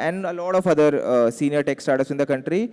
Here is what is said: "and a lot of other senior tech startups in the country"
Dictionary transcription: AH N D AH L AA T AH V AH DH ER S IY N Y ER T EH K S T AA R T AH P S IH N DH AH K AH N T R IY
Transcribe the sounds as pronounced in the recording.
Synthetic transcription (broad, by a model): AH N D AH L AA T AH F AH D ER S IY N Y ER T EH K S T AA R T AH S IH N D AH K AH N T R IY